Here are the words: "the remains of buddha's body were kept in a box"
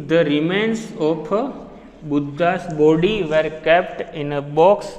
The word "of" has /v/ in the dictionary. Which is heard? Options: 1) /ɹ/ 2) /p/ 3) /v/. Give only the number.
2